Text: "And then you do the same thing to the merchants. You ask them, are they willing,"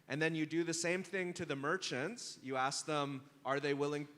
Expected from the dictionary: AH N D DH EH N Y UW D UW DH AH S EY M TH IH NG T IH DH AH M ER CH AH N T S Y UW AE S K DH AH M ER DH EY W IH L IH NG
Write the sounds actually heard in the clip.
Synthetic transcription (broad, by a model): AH N DH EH N Y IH D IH DH AH S EY M TH IH NG T IH DH AH M ER CH AH N T S Y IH AE S K DH AH M ER DH EY W IH L IH NG